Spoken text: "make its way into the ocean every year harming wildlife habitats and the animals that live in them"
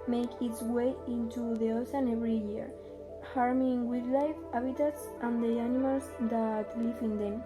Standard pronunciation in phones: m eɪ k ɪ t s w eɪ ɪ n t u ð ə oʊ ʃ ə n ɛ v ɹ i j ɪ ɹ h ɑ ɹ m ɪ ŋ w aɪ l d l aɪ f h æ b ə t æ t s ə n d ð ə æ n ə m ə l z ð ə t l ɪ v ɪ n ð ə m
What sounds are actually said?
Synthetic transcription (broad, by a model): m eɪ k ɪ t s w eɪ ɪ n t u ð ə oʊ s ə n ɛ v ɹ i j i ɹ h ɑ ɹ m ɪ ŋ w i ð l aɪ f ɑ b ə t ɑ t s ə n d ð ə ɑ n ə m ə l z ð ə t l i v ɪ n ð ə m